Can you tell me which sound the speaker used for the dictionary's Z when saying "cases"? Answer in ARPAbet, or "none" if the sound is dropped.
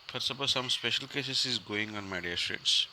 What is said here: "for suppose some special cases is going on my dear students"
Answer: S